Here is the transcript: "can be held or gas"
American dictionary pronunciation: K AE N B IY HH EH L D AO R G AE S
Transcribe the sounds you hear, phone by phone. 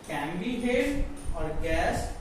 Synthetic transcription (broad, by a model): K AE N B IY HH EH D AO R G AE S